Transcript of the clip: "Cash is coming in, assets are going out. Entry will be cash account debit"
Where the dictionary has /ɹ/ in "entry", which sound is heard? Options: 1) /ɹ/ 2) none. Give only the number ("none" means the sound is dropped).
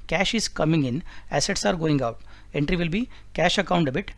1